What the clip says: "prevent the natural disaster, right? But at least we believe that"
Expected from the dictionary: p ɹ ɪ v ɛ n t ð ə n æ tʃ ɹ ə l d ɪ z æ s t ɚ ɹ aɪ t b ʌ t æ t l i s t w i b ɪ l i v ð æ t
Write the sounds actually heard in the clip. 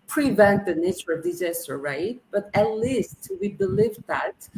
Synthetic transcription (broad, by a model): p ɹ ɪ v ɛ n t ð ə n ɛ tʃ ə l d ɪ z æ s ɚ ɹ aɪ t b ʌ t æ t l i s t w i b ɪ l i v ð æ t